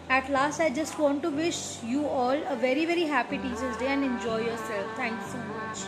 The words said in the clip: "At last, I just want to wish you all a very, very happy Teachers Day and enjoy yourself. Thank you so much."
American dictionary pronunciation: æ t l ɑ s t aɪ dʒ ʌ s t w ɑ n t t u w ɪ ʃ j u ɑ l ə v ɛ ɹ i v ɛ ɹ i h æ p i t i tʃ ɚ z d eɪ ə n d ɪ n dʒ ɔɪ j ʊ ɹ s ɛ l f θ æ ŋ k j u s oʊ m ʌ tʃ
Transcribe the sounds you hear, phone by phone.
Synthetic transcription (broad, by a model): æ t l ɑ s t aɪ dʒ ʌ s t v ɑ n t t u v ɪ ʃ j u ɑ l ə v ɛ ɹ i v ɛ ɹ i h æ p i t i s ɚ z d eɪ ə n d ɪ n dʒ ɔɪ j ʊ ɹ s ɛ l f t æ ŋ k s oʊ m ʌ tʃ